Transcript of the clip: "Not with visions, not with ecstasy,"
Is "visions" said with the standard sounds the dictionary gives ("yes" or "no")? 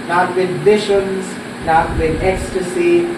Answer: no